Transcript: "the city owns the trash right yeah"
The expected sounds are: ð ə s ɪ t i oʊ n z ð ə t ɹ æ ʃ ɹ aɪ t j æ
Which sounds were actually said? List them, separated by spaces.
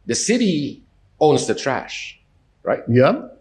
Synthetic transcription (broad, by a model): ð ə s ɪ t i oʊ n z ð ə t ɹ æ ʃ ɹ aɪ t j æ